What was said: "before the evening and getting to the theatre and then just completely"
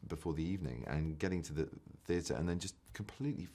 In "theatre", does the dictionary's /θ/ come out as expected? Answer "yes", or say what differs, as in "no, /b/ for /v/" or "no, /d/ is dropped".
yes